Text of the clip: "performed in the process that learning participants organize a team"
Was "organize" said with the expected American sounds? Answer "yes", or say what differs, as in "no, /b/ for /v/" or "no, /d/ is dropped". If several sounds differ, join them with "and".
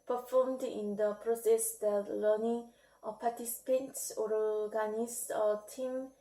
no, /s/ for /z/